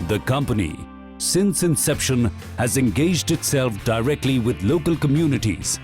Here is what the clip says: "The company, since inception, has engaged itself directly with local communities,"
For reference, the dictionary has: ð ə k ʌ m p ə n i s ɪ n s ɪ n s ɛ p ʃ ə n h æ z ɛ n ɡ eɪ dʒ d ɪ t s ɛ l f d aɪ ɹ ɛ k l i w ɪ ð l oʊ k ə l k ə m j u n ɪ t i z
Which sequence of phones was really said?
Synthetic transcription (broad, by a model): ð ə k ʌ m p ə n i s ɪ n s ɪ n s ɛ p ʃ ə n h æ z ɛ n ɡ eɪ dʒ d ɪ t s ɛ l f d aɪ ɹ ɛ k l i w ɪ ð l oʊ k ə l k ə m j u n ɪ t i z